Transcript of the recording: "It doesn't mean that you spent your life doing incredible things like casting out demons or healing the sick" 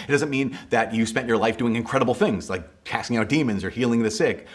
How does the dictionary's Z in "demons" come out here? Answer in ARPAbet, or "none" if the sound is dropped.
Z